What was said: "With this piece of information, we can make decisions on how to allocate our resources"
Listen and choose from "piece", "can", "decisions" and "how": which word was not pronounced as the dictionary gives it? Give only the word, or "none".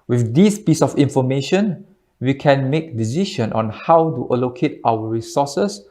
decisions